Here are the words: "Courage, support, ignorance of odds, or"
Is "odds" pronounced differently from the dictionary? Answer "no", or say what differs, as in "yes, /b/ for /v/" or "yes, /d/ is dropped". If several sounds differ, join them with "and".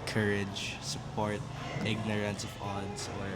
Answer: yes, /s/ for /z/